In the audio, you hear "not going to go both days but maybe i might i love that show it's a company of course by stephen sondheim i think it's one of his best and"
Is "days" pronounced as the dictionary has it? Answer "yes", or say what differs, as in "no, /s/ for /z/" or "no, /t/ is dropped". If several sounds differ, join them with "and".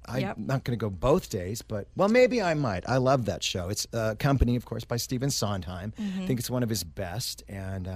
yes